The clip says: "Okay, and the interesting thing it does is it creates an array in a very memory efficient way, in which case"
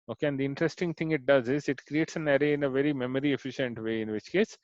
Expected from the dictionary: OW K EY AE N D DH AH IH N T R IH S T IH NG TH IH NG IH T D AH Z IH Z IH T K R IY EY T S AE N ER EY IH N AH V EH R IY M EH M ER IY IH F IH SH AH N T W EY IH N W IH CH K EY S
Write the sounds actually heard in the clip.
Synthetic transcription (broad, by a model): OW K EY AE N D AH IH N T R IH S T IH NG T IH NG IH T D AH Z IH Z IH T K R IY EY T S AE N ER EY IH N AH V EH R IY M EH M ER IY IH F IH SH AH N T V EY IH N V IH CH K EY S